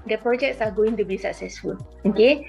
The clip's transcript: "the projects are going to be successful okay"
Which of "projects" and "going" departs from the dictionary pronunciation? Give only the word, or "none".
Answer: none